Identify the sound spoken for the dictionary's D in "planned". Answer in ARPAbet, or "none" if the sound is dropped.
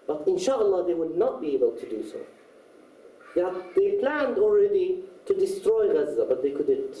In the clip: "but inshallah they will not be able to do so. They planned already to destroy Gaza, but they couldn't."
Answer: D